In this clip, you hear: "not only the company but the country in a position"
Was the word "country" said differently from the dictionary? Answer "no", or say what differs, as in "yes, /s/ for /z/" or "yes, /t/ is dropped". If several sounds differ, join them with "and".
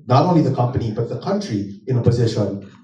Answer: no